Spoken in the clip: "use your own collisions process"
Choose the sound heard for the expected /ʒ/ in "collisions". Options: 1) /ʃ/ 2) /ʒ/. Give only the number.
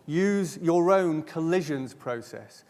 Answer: 2